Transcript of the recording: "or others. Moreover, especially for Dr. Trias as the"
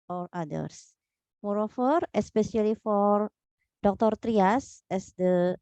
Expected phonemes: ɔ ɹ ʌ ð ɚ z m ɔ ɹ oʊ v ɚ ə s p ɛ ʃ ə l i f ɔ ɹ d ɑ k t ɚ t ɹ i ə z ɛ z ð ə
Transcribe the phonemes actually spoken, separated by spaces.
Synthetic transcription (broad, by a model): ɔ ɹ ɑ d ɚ s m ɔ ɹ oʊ f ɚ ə s p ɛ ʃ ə l i f ɔ ɹ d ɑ k t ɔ t ɹ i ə s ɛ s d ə